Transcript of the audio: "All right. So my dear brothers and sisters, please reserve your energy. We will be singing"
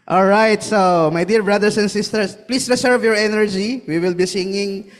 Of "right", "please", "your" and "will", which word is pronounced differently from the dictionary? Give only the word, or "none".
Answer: please